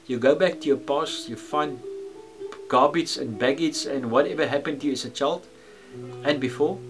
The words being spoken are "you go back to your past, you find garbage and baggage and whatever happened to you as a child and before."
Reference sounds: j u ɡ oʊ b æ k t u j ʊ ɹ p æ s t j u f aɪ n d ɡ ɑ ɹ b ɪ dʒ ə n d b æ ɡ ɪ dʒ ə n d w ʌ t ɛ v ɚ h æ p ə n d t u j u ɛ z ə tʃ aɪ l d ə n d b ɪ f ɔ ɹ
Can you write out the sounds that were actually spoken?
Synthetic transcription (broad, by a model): j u ɡ oʊ b æ k t u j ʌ p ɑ s j u f aɪ n d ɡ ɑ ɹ b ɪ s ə n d b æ ɡ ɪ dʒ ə n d w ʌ t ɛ v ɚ h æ p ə n t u j u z ə tʃ aɪ l d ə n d b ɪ f ɔ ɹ